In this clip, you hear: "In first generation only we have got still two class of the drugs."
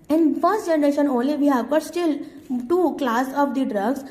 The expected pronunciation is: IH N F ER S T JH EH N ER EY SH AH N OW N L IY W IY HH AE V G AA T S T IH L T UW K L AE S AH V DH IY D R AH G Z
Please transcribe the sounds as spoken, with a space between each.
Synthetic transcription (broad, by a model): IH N F ER S T JH EH N ER EY SH AH N OW N L IY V IY HH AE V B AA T S T IH L T UW K L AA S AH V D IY D R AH G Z